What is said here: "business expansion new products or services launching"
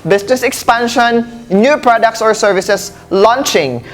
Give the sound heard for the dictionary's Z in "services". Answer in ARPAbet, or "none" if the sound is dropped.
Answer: S